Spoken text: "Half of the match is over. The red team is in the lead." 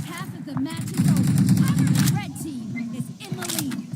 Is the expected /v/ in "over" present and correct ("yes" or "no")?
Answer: no